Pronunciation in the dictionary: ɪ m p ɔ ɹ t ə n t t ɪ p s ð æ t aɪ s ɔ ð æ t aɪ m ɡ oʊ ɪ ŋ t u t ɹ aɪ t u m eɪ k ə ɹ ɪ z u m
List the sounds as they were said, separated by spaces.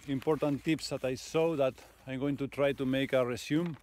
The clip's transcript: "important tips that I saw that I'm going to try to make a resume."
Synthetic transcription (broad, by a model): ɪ m p ɔ ɹ t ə n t t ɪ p s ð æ t aɪ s ɔ ð æ t aɪ m ɡ oʊ ɪ ŋ t u t ɹ aɪ t u m eɪ k ə ɹ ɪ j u m